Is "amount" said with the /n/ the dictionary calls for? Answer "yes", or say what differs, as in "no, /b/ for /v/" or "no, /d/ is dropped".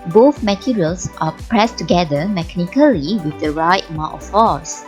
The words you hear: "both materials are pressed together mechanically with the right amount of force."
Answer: no, /n/ is dropped